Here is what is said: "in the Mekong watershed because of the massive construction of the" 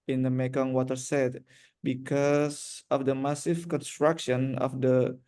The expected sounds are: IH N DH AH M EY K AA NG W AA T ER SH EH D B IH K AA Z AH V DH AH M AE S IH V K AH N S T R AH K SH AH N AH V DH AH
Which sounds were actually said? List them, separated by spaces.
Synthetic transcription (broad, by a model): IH N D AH M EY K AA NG W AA T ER S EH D B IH K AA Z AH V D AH M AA S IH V K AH N S T R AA K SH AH N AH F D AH